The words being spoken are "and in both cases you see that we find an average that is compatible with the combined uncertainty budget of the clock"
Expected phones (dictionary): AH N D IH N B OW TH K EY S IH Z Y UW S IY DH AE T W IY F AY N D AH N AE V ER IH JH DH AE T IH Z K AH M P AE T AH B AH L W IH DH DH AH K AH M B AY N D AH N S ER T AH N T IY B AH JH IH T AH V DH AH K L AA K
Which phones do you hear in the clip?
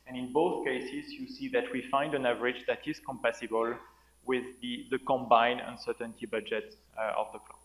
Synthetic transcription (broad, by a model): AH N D IH N B OW TH K EY S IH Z Y UW S IY DH AE T W IY F AY N D AH N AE V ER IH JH DH AE T IH Z K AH M P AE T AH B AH L W IH DH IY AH K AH M B AY N AH N S ER T AH N T IY B AH JH IH T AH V DH AH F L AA